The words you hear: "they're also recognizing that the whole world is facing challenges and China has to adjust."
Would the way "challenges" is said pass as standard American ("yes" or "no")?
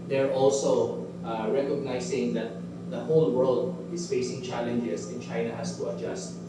no